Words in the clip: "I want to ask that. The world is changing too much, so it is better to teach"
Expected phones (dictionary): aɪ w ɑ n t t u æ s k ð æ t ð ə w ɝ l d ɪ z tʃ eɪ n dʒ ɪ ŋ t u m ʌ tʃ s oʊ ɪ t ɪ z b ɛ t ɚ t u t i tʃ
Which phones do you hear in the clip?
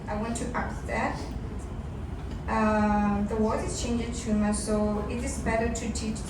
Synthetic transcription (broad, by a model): aɪ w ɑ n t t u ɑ k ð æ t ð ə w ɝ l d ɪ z tʃ eɪ n dʒ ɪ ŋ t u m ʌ s oʊ ɪ t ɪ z b ɛ t ɚ t u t i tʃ